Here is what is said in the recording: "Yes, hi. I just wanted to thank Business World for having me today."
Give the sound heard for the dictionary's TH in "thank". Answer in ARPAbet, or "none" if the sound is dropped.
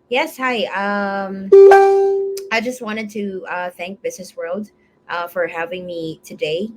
TH